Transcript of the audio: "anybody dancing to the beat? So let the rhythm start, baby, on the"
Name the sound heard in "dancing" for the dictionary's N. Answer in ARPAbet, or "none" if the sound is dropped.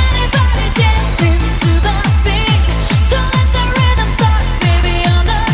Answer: none